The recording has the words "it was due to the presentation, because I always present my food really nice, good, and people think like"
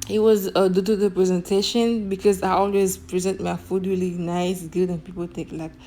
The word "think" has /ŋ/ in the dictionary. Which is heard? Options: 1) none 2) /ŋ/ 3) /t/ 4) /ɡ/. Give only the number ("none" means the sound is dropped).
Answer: 1